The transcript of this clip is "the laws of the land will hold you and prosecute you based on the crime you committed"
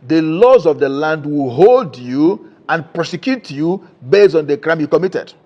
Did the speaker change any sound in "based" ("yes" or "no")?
yes